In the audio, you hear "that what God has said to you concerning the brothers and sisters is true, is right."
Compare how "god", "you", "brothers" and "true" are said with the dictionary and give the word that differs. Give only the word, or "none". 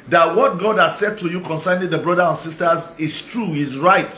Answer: brothers